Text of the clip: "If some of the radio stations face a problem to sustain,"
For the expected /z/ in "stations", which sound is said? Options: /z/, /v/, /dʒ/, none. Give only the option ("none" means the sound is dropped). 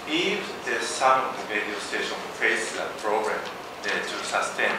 none